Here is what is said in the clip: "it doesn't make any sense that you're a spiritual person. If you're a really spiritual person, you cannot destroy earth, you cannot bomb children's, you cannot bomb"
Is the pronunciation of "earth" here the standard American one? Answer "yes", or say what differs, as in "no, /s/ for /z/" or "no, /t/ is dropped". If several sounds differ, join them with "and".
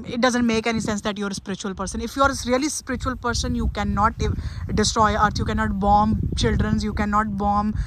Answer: no, /t/ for /θ/